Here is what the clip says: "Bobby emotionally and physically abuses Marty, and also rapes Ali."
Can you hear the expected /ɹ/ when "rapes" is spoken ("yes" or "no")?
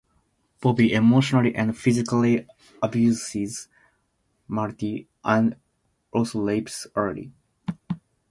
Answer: no